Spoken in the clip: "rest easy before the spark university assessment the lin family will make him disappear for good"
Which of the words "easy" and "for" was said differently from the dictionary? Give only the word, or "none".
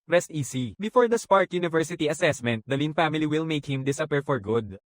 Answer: easy